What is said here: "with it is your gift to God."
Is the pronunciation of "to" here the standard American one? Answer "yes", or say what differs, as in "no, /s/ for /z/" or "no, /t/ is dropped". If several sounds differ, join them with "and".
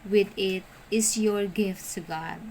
no, /s/ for /t/